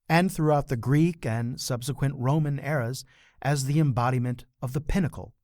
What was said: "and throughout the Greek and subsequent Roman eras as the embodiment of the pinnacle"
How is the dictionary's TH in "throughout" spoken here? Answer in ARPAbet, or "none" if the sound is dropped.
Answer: TH